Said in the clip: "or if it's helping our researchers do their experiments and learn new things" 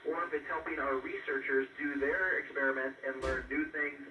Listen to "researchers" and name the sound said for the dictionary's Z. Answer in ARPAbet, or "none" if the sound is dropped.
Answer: Z